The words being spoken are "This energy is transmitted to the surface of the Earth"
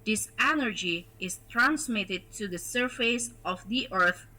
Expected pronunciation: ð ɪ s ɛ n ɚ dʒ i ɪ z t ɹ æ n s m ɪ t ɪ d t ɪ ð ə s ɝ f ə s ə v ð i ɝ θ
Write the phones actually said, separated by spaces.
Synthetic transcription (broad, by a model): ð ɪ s ɛ n ɚ dʒ i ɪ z t ɹ æ n s m ɪ t ɪ d t ɪ ð ə s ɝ f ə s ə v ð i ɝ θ